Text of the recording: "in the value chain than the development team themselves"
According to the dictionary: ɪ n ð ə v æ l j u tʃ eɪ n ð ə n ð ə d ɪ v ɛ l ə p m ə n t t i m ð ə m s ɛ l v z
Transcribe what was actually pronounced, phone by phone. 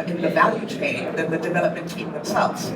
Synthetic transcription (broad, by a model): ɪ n ð ə v æ l j u tʃ eɪ n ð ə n ð ə d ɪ v ɛ l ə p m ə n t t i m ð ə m s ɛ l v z